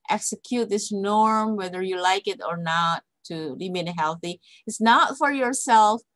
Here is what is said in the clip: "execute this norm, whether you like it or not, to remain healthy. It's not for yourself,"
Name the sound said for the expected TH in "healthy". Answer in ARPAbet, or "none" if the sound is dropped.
TH